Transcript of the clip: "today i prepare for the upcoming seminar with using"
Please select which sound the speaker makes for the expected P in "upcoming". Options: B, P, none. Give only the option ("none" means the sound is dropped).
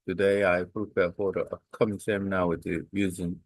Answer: none